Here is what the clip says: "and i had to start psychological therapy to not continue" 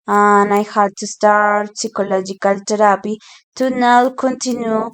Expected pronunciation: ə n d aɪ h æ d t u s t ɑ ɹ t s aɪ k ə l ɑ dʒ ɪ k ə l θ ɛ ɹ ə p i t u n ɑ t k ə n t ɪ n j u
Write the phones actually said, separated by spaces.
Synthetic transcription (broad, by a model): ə n aɪ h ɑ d t u s t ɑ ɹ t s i k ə l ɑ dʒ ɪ k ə l t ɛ ɹ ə p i t u n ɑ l k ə n t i n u